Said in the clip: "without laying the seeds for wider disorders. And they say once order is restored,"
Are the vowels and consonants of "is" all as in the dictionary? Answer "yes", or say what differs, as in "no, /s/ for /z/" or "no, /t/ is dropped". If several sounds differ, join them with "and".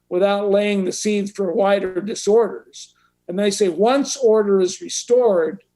yes